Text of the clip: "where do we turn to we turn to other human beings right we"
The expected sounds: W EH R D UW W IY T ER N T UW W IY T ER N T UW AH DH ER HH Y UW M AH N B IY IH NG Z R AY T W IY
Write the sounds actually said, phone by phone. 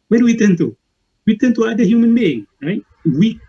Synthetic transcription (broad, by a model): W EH D UW W IY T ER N T UW W IY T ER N T UW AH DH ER HH Y UW M AH N B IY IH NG R AY T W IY